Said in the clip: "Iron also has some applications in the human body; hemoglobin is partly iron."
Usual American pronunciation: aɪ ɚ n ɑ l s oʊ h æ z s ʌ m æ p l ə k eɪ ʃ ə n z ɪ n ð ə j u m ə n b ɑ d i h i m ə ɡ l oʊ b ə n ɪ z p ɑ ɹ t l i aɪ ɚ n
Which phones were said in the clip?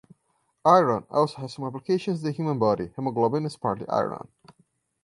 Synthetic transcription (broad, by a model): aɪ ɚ n ɑ l s oʊ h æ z s ʌ m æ p l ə k eɪ ʃ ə n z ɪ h j u m ə n b ɑ d i h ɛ m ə ɡ l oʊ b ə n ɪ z p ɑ ɹ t i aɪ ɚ n